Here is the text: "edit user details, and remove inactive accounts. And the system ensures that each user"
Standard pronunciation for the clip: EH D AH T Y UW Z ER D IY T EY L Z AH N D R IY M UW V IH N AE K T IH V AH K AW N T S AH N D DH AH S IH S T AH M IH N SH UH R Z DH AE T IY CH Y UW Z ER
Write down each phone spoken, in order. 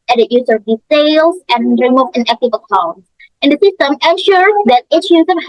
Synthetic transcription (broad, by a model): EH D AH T Y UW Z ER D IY S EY L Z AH N R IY M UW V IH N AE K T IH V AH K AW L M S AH N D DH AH S IH S T AH M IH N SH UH R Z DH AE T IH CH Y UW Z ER